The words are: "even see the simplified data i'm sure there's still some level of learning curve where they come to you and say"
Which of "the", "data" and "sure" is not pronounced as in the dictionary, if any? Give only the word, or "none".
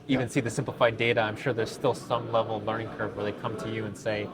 none